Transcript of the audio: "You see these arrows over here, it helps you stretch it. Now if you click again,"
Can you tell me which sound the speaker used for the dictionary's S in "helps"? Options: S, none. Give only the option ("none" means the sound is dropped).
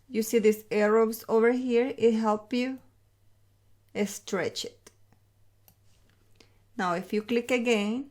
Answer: none